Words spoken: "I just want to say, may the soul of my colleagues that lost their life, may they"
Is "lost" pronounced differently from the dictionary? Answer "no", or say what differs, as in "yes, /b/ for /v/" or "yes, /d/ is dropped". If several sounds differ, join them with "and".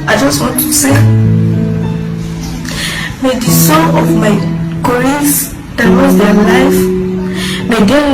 yes, /w/ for /l/